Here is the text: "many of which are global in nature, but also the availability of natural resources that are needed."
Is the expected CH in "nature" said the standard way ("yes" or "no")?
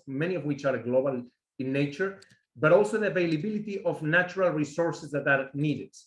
yes